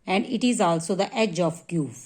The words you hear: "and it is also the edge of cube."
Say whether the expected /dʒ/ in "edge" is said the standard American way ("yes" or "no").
yes